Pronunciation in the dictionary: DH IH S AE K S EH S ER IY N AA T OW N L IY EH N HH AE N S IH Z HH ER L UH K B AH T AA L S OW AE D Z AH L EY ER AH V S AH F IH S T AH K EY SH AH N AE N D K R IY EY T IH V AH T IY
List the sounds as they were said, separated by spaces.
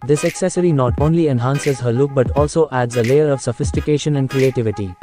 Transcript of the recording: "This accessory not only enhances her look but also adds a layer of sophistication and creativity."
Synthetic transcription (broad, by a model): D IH S AE K S EH S ER IY N AA T OW N L IY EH N HH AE N S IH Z HH ER L UH K B AH T AA L S OW AE D Z AH L EY ER AH V S AH F IH S T AH K EY SH AH N AE N D K R IY EY T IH V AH T IY